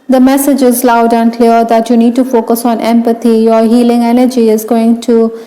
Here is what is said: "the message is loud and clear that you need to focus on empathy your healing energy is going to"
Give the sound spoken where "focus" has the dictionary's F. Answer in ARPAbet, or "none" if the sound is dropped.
F